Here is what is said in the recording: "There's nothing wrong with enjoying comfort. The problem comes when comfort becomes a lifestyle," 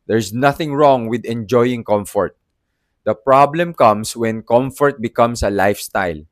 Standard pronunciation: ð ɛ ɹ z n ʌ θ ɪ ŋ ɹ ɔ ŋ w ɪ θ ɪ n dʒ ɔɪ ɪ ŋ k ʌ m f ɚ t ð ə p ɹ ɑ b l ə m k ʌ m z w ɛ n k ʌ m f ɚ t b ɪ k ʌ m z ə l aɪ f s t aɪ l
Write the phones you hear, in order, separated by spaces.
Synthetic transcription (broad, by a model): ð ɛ ɹ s n ʌ θ ɪ ŋ ɹ ɔ ŋ w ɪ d ɪ n dʒ ɔɪ ɪ ŋ k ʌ m f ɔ t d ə p ɹ ɑ b l ə m k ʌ m s w ɛ n k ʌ m f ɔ t b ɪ k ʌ m s ə l aɪ f s t aɪ l